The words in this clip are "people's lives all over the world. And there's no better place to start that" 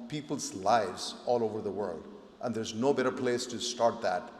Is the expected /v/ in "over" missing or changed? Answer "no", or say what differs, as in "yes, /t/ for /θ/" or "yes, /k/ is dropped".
no